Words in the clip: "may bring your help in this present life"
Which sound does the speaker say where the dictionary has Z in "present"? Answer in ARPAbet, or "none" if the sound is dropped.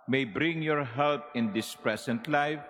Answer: S